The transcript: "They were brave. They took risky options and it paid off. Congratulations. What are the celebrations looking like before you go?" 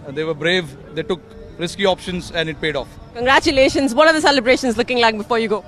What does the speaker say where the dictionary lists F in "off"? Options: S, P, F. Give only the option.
F